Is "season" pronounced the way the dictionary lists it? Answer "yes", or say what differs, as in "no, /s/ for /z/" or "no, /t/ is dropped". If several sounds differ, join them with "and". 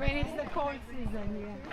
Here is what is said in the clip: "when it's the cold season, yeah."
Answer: yes